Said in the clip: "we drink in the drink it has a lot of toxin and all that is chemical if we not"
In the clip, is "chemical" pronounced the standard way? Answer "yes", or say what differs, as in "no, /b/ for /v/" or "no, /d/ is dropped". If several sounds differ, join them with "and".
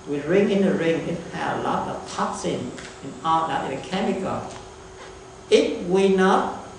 no, /n/ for /l/